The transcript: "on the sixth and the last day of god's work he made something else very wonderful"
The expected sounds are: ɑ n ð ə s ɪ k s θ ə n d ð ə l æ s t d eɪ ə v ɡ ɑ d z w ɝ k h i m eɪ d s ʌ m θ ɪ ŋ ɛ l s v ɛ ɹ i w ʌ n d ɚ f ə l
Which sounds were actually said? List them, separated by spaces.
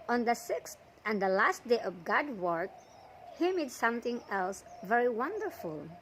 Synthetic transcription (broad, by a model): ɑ n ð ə s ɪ k s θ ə n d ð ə l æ s t d eɪ ə v ɡ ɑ d w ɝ k h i m eɪ d s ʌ m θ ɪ ŋ ɛ l s v ɛ ɹ i w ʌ n d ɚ f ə l